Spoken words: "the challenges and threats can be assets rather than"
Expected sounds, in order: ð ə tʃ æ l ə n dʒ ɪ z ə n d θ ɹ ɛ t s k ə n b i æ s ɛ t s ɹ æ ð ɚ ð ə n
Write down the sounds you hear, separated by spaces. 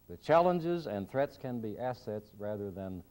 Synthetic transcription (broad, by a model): ð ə tʃ æ l ə n dʒ ɪ z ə n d θ ɹ ɛ t s k ə n b i æ s ɛ t s ɹ æ ð ɚ ð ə n